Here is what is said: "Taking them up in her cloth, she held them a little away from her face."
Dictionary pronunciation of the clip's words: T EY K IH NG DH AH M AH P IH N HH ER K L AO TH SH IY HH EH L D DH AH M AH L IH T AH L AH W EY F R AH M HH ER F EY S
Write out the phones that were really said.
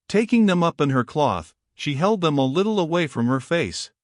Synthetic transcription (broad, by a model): T EY K IH NG DH AH M AH P IH N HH ER K L AO TH SH IY HH EH L D DH AH M AH L IH T L AH W EY F R AH M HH ER F EY S